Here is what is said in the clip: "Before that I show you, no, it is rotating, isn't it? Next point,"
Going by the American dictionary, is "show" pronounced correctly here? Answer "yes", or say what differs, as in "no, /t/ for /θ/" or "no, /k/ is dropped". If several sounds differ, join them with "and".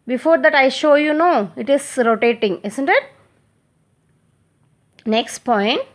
yes